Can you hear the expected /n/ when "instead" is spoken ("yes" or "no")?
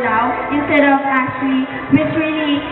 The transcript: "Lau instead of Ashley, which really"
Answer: yes